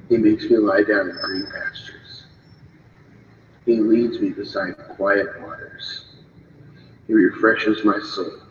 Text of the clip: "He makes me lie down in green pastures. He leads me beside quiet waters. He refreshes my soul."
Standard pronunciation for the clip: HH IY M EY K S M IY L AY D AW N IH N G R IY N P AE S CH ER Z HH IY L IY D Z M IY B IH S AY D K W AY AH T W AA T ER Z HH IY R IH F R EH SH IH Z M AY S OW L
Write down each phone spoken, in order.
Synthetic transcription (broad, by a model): HH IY M EY K S M IY L AY D AW N IH N G R IY N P AE S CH ER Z HH IY L IY D Z M IY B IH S AY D K W AY AH T W AA T ER Z HH IY R IH F R EH SH IH Z M AY S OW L